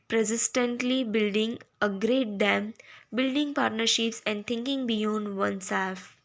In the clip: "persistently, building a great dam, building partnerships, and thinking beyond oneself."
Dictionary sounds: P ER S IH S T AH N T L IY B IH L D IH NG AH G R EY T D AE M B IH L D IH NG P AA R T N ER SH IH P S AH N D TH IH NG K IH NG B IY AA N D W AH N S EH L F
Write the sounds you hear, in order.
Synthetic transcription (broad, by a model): P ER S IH S T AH N T L IY B IH L D IH NG AH G R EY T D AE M B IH L D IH NG P AA R T N ER SH IH P S AH N D T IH NG K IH NG B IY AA N D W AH N S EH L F